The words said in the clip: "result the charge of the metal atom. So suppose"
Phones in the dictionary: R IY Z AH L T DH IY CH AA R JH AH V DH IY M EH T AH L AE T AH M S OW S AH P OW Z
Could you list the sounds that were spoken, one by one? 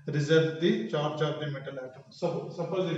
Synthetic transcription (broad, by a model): R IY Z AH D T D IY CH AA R CH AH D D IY M EH T AH L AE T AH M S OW S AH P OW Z